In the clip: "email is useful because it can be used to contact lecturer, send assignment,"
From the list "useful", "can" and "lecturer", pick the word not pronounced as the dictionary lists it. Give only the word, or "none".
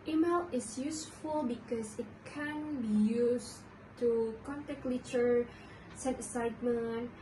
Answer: lecturer